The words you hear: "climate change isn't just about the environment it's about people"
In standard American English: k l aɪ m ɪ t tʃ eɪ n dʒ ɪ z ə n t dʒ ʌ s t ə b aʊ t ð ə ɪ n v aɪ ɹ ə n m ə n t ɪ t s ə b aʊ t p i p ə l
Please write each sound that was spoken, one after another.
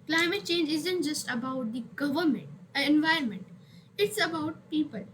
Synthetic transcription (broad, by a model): k l aɪ m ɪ t tʃ eɪ n dʒ ɪ z ə n t dʒ ʌ s t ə b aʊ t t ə ɪ n v aɪ ɹ ə n m ə n t ɪ t s ə b aʊ t p i p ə l